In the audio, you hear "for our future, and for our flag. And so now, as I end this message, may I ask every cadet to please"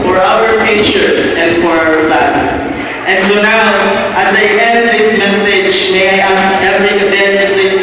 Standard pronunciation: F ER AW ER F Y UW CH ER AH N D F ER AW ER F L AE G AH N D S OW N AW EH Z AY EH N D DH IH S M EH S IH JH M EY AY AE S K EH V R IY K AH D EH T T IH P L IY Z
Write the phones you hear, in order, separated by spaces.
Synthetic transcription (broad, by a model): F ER AW ER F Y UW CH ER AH N F ER AW ER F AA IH AH N S OW N AW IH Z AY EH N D DH IH S M EH S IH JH M EY AY AE S K EH V R IY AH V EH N T IH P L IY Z